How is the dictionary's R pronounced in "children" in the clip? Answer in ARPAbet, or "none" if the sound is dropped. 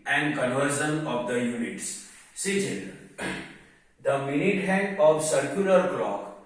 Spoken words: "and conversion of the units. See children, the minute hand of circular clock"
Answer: none